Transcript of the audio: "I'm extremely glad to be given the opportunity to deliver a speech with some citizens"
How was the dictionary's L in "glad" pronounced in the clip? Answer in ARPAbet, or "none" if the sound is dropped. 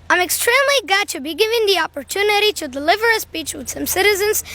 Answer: none